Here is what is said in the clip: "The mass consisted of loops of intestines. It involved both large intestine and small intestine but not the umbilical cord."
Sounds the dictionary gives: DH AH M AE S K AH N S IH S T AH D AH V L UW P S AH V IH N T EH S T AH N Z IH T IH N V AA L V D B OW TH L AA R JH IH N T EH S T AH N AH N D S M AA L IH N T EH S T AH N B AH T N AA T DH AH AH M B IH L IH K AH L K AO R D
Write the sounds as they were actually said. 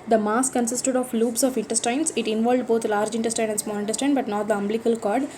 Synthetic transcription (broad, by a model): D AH M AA S K AH N S IH S T AH D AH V L UW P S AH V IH N T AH S T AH N S IH T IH N V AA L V D B OW T L AA R JH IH N T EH S T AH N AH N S M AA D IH N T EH S T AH N B AH T N AA T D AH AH M B L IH K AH L K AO R D